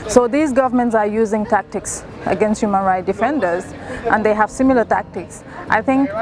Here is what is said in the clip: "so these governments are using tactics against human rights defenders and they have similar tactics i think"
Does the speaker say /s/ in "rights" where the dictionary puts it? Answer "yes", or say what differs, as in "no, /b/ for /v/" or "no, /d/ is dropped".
no, /s/ is dropped